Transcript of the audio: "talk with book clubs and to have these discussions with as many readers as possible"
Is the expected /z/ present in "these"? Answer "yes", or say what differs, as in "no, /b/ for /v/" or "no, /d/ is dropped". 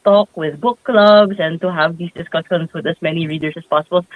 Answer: no, /s/ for /z/